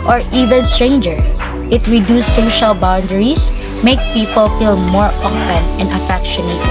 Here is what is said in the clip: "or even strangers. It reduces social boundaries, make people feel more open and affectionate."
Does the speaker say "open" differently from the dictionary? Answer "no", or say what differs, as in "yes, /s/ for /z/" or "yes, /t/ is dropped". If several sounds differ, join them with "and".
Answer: yes, /f/ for /p/